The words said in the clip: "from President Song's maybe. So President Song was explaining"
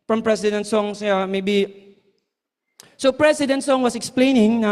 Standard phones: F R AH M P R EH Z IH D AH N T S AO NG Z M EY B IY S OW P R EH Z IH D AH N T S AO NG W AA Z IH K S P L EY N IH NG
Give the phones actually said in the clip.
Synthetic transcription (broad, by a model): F R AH M P R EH S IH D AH N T S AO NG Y M EY B IY S OW P R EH S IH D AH N T S AO NG W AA S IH K S P L EY N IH NG